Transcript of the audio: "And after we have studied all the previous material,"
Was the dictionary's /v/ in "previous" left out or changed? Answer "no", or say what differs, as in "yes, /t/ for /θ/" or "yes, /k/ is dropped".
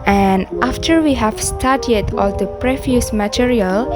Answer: yes, /f/ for /v/